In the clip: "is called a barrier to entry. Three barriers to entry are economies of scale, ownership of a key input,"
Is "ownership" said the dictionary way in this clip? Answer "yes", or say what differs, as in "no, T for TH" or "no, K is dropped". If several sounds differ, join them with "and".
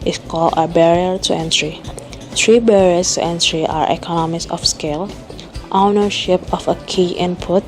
yes